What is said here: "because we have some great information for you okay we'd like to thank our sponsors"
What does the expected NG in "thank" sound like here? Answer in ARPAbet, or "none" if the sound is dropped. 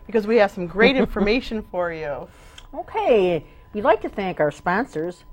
NG